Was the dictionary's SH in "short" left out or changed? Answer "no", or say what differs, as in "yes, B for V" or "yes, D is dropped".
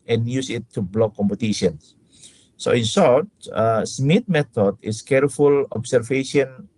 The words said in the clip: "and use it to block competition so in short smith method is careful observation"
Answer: yes, S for SH